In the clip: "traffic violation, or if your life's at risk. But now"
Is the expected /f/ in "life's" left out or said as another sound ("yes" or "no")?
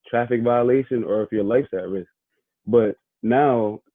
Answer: no